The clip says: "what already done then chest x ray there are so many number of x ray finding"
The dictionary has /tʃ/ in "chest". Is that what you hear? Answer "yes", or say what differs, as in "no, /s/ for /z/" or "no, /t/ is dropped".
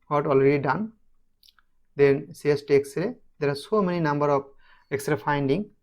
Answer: no, /s/ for /tʃ/